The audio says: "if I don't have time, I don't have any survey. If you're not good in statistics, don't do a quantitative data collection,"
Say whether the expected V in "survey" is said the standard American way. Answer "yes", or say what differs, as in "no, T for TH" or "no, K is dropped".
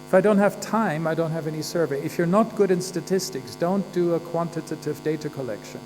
yes